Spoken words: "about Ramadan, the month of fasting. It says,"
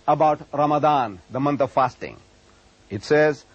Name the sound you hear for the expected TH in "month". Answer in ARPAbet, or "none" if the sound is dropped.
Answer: T